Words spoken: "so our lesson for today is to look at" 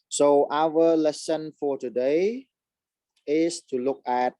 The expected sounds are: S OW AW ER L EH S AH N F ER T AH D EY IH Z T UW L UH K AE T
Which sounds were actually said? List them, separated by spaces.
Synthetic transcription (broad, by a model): S OW AW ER L EH S AH N F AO T AH D EY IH S T UW L UH K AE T